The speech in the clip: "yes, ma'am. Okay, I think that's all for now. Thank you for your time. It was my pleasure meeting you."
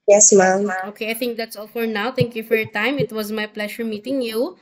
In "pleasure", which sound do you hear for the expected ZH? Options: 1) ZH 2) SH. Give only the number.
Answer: 2